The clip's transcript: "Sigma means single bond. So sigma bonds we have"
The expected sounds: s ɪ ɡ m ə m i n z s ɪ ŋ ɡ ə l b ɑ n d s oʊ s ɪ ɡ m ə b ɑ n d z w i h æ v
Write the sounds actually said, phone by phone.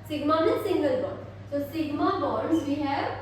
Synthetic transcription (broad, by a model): s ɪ ɡ m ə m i s ɪ ŋ ɡ ə l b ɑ d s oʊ s ɪ ɡ m ə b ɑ d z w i h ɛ